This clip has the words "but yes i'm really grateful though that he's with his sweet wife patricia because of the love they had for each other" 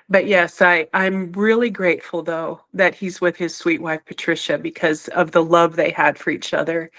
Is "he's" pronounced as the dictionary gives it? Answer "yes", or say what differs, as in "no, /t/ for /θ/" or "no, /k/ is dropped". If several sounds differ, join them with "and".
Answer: yes